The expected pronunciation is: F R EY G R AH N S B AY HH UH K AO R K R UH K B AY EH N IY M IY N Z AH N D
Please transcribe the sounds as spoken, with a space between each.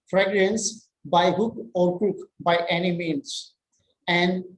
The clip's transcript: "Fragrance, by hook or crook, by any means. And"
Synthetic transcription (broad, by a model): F R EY G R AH N S B AY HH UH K AO R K UH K B AY EH N IY M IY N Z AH N D